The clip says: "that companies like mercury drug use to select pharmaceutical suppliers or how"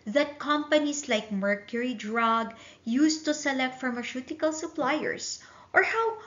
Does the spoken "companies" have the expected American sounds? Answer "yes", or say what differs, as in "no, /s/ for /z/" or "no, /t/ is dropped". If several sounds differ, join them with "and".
no, /s/ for /z/